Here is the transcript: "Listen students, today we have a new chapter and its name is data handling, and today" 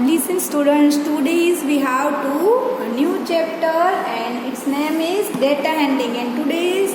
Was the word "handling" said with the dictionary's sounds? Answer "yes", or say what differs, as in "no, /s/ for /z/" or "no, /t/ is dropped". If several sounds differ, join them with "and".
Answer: no, /l/ is dropped